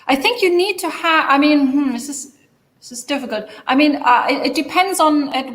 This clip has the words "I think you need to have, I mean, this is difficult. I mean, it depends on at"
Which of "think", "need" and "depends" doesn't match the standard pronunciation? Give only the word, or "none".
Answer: none